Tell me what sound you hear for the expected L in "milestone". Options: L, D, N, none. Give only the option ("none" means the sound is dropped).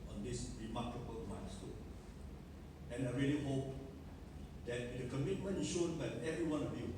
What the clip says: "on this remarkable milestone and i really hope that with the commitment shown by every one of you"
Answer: N